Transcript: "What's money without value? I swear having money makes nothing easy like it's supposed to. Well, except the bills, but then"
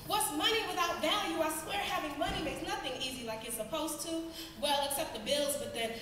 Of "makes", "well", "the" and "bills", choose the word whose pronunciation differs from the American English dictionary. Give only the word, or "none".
none